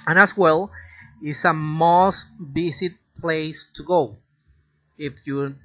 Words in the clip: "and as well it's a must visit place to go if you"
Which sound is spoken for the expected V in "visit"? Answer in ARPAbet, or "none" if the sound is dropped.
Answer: B